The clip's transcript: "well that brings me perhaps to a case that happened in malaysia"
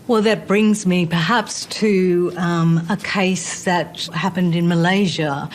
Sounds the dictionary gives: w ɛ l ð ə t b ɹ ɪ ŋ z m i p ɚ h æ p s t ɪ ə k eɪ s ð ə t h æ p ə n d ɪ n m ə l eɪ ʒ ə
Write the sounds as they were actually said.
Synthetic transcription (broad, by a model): w ɛ l ð ə t b ɹ ɪ ŋ z m i p ɚ h æ p s t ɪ ə k eɪ s ð ə t h æ p ə n d ɪ n m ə l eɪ ʒ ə